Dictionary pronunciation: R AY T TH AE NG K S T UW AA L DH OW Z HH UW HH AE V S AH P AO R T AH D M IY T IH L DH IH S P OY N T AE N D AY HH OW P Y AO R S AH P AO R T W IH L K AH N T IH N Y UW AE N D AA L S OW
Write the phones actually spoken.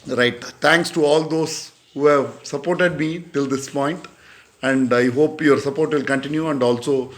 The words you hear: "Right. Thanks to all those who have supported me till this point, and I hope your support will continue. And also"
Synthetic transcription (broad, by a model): R AY T T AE NG K S T UW AA L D OW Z HH UW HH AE V S AH P AO R T AH D M IY T IH L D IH S P OY N T AE N D AY HH OW P Y AO R S AH P AO R T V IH L K AH N T IH N Y UW AE N D AA L S OW